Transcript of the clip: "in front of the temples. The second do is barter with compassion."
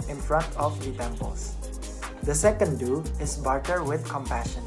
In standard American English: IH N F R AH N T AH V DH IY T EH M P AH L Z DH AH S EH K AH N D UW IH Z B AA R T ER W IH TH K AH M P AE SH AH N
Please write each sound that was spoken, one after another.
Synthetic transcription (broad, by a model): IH N F R AH N T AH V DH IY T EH M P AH L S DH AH S EH K AH N D UW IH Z B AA R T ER W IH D K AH M P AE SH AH N